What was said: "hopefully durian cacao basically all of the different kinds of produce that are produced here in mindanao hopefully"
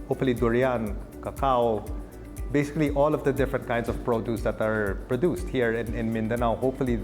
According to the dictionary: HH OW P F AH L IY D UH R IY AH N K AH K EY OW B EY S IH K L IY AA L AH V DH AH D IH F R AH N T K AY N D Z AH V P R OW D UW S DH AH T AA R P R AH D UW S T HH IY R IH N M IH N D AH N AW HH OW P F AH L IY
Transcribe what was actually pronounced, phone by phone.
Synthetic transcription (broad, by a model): HH OW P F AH L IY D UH R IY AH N K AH K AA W B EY S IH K L IY AA L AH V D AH D IH F R AH N T K AY N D S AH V P R OW D UW S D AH T AA R P R AH D UW S T HH IY R IH N M IH N D AH N AW HH OW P F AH L IY